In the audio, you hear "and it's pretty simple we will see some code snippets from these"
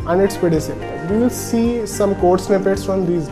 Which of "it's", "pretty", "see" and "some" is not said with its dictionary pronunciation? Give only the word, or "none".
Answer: pretty